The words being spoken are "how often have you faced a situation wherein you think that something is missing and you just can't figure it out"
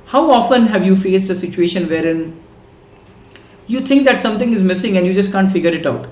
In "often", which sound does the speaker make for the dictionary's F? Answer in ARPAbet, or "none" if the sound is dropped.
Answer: F